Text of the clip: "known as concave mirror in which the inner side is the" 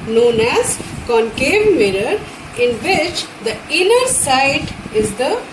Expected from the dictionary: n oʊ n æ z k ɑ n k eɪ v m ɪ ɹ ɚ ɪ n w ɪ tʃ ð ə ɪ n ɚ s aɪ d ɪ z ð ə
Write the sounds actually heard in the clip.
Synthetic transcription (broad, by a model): n oʊ n æ z k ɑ n k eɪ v m ɪ ɹ ɚ ɪ n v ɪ tʃ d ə ɪ n ɚ s aɪ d ɪ z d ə